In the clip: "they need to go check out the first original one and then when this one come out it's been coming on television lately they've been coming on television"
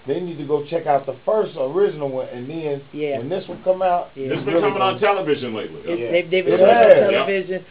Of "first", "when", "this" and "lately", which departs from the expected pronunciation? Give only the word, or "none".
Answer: none